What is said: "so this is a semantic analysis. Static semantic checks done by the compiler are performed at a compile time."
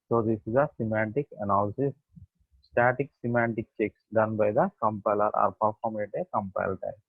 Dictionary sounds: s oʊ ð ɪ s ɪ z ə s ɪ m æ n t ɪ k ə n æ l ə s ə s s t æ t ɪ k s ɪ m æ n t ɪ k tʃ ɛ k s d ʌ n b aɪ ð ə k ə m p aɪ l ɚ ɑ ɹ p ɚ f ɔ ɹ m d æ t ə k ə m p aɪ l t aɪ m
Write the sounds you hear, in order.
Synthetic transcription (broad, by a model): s oʊ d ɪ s ɪ z ə s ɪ m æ n t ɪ k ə n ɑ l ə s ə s s t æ t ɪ k s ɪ m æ n t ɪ k tʃ ɛ k s d ʌ n b aɪ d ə k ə m p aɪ l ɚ ɑ ɹ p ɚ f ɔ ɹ m ɛ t ə k ə m p aɪ l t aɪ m